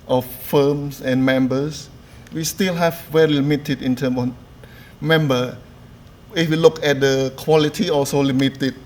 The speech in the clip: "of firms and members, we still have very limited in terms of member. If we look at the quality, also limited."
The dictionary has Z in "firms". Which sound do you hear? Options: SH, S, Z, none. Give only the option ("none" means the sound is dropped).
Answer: S